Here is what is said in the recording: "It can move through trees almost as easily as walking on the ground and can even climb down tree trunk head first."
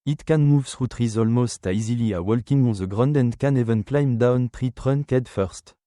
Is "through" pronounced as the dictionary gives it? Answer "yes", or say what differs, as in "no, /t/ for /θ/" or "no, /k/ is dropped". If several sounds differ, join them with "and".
no, /s/ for /θ/